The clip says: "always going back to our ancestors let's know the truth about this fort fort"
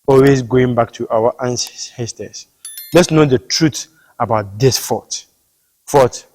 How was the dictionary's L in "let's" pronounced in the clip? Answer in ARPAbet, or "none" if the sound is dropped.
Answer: L